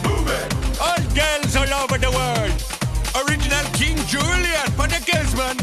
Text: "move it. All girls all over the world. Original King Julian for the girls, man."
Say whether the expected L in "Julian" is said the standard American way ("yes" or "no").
yes